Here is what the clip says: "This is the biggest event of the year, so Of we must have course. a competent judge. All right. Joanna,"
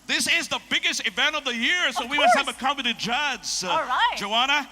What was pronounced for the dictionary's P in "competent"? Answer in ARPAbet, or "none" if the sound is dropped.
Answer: none